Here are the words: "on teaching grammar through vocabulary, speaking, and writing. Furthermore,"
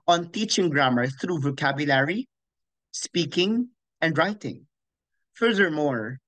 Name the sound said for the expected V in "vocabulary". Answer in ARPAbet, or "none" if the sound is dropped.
V